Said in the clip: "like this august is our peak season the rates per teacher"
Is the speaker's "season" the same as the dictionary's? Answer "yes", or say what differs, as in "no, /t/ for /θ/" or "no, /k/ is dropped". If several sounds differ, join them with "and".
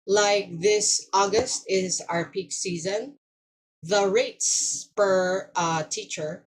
yes